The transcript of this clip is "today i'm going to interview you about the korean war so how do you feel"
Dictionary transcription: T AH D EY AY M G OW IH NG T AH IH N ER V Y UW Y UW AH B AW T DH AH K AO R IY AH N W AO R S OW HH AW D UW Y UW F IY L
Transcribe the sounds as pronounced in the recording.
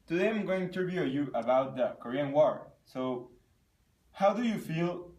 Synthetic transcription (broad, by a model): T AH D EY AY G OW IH T AH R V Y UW Y UW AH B AW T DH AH K AO R IY AH N W AO R S OW HH AW D UW Y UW F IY L